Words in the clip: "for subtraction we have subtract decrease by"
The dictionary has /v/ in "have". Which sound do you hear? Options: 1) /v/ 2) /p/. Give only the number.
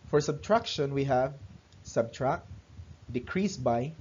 1